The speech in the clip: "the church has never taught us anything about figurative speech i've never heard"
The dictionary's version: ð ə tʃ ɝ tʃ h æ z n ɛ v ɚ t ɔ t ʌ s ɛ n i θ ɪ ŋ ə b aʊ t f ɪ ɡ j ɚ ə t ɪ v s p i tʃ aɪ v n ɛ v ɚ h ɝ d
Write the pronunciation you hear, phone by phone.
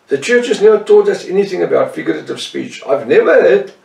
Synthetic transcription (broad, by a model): ð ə tʃ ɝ tʃ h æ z n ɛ v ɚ t ɔ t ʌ s ɛ n i θ ɪ ŋ ə b aʊ t f ɪ ɡ j ɚ ə t ɪ v s p i tʃ aɪ v n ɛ v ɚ h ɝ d